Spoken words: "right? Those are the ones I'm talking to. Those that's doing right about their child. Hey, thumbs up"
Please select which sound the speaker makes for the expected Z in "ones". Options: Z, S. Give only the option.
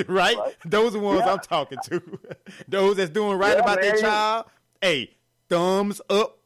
Z